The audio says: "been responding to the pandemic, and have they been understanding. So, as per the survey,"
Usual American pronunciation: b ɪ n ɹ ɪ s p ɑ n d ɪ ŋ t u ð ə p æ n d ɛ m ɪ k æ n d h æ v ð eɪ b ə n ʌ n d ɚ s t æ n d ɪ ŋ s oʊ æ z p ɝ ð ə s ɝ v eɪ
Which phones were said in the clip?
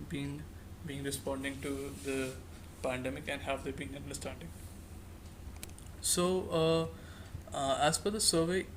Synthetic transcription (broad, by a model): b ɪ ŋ ɹ ɪ s p ɑ n d ɪ ŋ t u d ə p æ n d ɛ m ɪ k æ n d h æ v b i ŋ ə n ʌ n d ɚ s t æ n d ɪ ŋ s oʊ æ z f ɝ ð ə s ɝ v eɪ